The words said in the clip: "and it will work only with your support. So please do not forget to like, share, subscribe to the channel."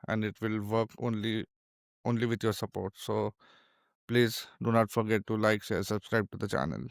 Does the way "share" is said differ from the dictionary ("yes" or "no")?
yes